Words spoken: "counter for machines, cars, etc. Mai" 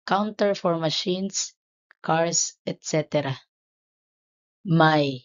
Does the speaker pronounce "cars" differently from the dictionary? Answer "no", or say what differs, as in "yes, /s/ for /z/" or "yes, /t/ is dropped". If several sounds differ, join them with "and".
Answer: yes, /s/ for /z/